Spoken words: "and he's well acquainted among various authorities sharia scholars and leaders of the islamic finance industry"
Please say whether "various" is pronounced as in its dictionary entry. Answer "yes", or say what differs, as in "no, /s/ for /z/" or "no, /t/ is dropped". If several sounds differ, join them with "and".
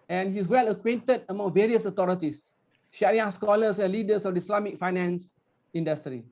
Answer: yes